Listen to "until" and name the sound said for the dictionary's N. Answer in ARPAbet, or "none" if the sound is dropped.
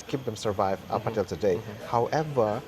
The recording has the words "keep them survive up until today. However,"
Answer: none